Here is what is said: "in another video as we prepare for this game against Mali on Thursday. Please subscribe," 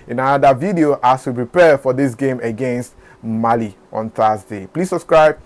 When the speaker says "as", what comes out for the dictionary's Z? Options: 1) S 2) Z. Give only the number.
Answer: 1